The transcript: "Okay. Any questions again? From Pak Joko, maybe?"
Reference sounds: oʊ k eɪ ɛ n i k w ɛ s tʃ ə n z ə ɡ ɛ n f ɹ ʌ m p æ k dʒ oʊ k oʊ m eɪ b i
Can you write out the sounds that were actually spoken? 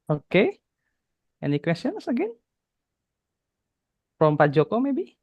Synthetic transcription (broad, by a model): oʊ k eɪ ɛ n i k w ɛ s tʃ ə n s ə ɡ ɛ n p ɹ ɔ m p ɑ dʒ oʊ k oʊ m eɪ b i